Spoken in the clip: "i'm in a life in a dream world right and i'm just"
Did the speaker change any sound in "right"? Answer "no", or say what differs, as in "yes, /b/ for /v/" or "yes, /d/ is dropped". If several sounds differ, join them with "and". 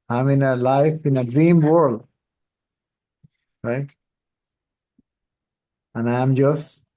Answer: no